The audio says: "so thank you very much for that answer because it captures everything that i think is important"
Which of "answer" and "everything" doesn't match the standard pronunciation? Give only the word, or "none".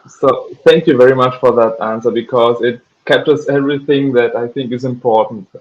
none